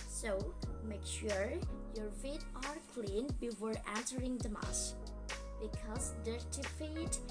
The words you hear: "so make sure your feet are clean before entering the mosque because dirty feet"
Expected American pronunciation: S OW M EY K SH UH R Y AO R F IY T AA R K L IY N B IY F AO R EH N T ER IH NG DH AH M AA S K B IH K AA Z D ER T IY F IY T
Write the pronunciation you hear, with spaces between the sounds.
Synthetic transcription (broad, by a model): S OW M EY K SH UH R Y AO R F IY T AA R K L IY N B IY F AO R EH N S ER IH NG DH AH M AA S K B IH K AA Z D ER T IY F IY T